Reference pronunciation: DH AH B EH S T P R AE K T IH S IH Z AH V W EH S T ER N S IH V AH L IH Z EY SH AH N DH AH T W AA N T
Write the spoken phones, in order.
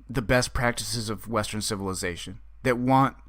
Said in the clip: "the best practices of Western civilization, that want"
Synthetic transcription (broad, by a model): DH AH B EH S P R AE K T IH S IH Z AH V W EH S T ER N S IH V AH L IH Z EY SH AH N DH AH T W AA N T